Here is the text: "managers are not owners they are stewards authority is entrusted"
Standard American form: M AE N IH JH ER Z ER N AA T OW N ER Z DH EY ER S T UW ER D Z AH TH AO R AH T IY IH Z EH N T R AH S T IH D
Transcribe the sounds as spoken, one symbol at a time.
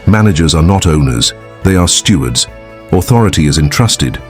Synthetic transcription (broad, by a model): M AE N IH JH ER Z ER N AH T OW N ER Z DH EY ER S T UW ER D Z AH TH AO R AH T IY IH Z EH N T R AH S T IH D